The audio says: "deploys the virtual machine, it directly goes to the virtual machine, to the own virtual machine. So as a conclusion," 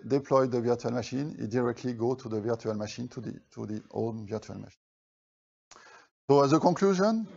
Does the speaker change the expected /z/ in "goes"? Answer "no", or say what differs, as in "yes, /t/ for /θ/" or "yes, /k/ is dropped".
yes, /z/ is dropped